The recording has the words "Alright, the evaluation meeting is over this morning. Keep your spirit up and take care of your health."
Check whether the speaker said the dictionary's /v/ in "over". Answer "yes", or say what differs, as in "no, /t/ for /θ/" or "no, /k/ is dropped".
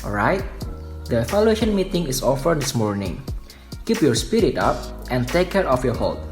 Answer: no, /f/ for /v/